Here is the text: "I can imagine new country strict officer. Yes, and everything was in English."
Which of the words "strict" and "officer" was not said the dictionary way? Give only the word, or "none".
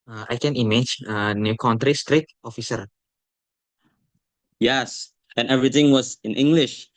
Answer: strict